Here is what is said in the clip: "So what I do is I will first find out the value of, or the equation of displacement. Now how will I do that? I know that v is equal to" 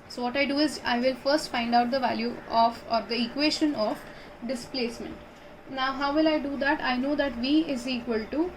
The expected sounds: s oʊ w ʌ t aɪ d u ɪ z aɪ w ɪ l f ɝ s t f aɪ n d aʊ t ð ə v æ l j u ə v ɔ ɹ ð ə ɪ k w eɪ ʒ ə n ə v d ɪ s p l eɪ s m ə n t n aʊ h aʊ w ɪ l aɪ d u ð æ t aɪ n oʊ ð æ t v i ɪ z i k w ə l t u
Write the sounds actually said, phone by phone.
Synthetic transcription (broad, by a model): s oʊ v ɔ t aɪ d u ɪ z aɪ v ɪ l f ɝ s t f aɪ n d aʊ t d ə v æ l j u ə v ɔ ɹ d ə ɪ k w eɪ ʃ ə n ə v d ɪ s p l eɪ s m ə n t n aʊ h aʊ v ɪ l aɪ d u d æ t aɪ n oʊ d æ t v i ɪ z i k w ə l t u